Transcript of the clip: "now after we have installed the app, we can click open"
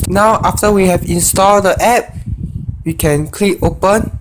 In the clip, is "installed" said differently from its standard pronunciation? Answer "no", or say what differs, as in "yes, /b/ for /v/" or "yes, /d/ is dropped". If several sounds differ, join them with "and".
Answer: no